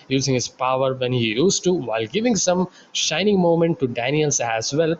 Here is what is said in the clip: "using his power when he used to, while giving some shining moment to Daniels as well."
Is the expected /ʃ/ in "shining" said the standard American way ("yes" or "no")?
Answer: yes